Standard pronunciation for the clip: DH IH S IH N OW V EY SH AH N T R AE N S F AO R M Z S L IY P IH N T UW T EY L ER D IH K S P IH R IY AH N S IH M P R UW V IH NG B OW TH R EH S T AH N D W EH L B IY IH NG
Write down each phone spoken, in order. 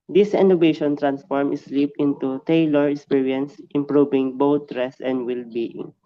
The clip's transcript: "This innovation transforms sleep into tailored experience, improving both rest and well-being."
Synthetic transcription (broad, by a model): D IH S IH N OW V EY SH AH N T R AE N S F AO R M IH S L IY P IH N T UW T EY L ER IH K S P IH R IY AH N S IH M P R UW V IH NG B OW T R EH S AH N D W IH L B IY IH NG